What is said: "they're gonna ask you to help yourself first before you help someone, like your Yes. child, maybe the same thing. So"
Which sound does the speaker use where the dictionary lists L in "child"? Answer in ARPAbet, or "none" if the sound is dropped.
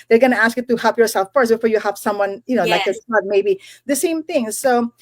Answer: none